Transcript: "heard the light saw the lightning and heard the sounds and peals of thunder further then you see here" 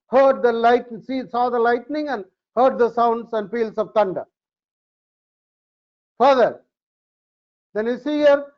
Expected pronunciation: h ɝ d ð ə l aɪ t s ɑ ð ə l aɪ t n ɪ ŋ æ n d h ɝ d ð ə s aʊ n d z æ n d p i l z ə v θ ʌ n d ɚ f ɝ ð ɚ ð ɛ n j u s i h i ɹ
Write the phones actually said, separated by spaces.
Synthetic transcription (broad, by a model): h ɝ d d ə l aɪ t s ɑ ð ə l aɪ t n ɪ ŋ æ n d h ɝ d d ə s aʊ n d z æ n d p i l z ə v t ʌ n d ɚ f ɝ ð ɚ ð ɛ n j u s i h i ɹ